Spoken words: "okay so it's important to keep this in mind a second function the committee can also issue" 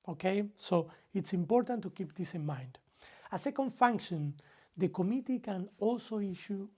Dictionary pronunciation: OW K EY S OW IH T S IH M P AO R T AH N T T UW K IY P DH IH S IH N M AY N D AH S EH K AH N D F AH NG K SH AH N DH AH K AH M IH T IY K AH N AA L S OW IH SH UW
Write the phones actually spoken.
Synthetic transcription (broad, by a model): OW K EY S OW IH T S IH M P AO R T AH N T T UW K IY P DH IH S IH N M AY N D AH S EH K AH N D F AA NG K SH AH N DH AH K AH M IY T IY K AH N AA L S OW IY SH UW